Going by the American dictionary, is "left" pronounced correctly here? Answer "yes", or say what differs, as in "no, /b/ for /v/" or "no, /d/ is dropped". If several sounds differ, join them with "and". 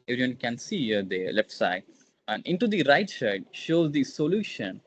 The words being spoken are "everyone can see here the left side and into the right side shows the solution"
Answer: no, /f/ is dropped